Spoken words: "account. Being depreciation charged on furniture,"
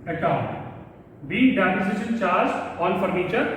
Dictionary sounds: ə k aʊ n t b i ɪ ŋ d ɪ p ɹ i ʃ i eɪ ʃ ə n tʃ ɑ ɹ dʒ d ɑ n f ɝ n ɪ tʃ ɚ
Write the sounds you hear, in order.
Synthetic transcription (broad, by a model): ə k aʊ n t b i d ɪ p i s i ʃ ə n tʃ ɑ ɹ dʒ ɑ n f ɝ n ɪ tʃ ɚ